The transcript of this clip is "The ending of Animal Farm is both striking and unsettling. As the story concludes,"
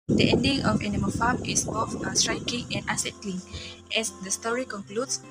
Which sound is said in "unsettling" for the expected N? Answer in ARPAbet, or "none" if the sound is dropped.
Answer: none